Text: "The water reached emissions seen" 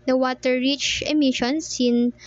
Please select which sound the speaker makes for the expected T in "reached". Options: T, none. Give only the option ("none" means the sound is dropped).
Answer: none